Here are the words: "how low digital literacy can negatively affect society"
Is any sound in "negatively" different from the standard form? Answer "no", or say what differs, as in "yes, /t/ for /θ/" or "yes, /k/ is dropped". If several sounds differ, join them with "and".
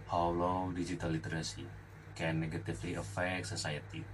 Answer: yes, /f/ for /v/